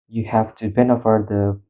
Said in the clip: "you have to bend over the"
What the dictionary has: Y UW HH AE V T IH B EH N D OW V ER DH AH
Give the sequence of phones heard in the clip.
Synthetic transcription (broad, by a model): Y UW HH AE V T IH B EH N OW F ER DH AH